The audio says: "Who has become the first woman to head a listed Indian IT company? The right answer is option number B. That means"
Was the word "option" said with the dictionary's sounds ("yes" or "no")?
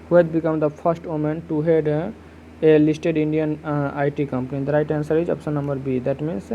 no